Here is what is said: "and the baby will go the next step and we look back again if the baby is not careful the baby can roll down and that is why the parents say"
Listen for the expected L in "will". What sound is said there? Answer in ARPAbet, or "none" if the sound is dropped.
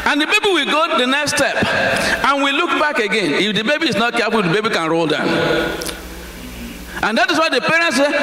L